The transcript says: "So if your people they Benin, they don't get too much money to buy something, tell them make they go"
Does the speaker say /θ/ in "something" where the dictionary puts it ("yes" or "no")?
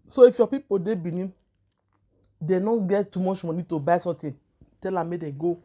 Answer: no